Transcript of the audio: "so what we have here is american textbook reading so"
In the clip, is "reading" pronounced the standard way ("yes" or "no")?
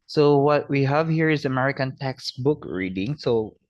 yes